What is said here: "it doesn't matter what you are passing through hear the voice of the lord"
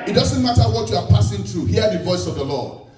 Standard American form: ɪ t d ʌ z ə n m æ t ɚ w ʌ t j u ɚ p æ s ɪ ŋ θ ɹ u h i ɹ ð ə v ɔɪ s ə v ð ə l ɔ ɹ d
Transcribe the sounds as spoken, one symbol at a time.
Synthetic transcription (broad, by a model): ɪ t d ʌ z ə n m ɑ t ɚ w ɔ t j u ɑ p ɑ s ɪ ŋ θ ɹ u h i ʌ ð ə v ɔɪ s ə v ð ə l ɔ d